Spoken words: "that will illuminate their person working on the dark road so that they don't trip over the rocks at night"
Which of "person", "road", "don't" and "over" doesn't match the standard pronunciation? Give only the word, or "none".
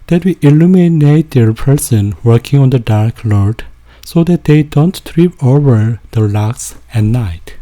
road